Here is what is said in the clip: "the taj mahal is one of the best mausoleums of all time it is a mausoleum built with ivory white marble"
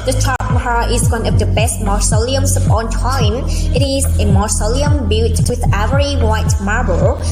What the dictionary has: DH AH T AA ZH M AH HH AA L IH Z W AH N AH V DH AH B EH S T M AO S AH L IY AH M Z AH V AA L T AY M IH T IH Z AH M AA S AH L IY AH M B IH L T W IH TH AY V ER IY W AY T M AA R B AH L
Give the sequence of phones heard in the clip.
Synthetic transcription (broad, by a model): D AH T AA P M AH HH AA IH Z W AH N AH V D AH B EH S T M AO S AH L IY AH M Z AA N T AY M IH T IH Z AH M AA S AH L IY AH M B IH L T W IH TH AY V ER IY W AY T M AA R B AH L